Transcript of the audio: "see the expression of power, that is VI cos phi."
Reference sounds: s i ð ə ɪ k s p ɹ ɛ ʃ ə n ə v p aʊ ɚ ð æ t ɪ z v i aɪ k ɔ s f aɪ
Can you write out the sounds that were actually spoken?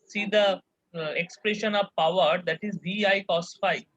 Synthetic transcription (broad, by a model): s i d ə ɪ k s p ɹ ɛ ʃ ə n ə v p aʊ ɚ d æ t ɪ z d i aɪ k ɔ s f aɪ